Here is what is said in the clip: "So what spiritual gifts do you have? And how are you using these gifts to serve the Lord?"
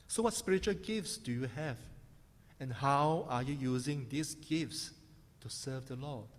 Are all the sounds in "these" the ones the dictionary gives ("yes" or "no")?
no